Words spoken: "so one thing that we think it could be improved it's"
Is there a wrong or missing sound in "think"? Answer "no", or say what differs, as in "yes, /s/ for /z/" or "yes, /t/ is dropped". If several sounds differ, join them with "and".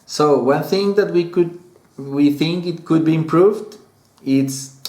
no